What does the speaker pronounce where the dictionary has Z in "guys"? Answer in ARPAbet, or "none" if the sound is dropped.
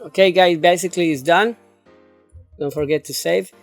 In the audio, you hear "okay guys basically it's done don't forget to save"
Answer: none